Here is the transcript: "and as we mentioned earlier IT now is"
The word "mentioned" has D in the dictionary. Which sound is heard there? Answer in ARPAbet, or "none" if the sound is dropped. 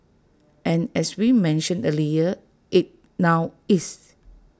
none